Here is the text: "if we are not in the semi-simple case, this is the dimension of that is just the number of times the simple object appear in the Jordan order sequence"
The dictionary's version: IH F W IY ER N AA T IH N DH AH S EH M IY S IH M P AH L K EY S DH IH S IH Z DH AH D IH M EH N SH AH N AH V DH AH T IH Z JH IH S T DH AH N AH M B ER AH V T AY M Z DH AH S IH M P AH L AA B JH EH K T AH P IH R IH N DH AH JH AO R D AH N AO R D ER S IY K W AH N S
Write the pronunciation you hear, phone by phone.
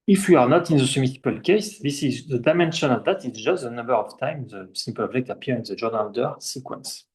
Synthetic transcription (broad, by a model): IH F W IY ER N AA T IH N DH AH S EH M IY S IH P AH L K EY S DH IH S IH Z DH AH D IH M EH N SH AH N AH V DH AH T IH S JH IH S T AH N AH M B ER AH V T AY M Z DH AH S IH M P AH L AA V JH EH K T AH P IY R IH N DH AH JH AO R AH N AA L D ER S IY K W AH N S